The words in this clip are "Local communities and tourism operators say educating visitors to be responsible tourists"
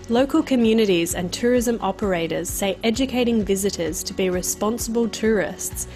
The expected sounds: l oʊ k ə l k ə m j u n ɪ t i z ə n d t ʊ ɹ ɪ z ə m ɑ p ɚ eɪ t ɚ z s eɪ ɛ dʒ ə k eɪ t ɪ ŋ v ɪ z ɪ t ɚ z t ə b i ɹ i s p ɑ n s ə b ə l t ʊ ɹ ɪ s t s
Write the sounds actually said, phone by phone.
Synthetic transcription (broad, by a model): l oʊ k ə l k ə m j u n ɪ t i z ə n t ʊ ɹ ɪ z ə m ɑ p ɚ eɪ t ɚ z s eɪ ɛ dʒ ə k eɪ t ɪ ŋ v ɪ z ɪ t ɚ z t ə b i ɹ i s p ɑ n s ə b ə l t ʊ ɹ ɪ s t s